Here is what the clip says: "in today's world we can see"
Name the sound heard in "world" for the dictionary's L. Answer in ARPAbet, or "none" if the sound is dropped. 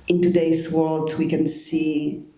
L